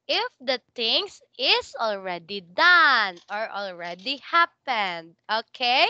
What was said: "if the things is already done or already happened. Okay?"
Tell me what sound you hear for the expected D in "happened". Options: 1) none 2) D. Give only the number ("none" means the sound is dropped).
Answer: 2